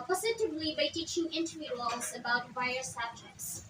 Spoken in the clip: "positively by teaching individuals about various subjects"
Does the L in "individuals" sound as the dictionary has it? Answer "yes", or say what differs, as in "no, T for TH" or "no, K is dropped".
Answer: no, L is dropped